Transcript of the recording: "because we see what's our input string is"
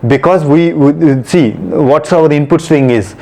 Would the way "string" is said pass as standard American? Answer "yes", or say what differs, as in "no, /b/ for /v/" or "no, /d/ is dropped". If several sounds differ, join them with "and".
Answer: no, /ɹ/ is dropped